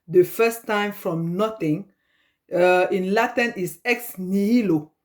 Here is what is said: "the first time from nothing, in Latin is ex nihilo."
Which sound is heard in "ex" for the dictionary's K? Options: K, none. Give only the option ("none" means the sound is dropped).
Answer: K